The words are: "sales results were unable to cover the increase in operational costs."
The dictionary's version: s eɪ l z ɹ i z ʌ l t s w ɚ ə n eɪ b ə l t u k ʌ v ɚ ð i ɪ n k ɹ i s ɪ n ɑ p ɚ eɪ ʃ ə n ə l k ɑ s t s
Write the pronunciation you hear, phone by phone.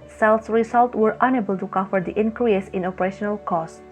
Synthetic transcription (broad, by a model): s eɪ l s ɹ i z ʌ l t w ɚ ə n eɪ b ə l t u k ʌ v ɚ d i ɪ n k ɹ i s ɪ n ɑ p ɚ eɪ ʃ ə n ə l k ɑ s s